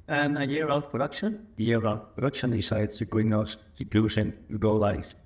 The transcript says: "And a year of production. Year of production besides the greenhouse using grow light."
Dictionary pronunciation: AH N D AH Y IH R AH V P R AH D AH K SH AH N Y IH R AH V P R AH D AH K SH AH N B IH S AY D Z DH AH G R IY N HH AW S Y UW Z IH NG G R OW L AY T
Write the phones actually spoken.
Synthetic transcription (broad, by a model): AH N AH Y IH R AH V P R AH D AH K SH AH N Y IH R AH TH P R AH D AH K SH AH N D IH S AY D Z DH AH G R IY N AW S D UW S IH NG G OW L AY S